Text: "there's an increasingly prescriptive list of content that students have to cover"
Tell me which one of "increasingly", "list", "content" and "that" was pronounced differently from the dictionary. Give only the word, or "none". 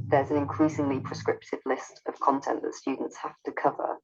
none